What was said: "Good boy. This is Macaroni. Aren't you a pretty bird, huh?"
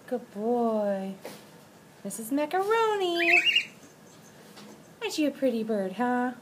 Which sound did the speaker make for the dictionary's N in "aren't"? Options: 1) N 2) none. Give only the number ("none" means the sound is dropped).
2